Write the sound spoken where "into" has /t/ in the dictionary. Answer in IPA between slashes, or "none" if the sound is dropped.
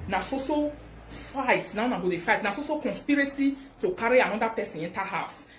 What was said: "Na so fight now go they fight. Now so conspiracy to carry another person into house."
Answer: /t/